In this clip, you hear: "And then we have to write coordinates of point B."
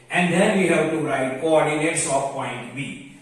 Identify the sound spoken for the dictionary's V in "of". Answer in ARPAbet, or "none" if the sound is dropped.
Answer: P